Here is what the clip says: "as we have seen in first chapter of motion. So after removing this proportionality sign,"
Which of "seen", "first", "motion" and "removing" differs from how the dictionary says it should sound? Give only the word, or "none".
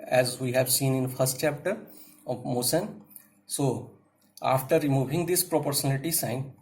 motion